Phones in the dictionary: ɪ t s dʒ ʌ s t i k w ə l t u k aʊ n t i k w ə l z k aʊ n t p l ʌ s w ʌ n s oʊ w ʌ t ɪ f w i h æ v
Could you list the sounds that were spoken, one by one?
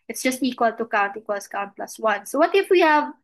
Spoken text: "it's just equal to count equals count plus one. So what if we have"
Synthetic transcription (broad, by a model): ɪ t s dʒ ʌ s t i k w ə l t u k aʊ n t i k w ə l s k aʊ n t p l ʌ s w ʌ n s oʊ w ʌ t ɪ f w i h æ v